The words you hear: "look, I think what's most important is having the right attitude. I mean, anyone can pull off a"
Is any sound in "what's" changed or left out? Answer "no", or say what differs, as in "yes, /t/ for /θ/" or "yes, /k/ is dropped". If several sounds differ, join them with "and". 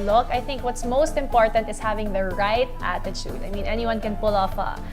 no